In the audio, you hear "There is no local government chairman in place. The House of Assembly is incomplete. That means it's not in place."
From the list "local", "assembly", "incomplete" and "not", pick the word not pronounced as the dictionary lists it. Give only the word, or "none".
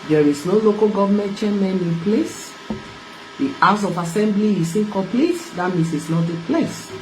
incomplete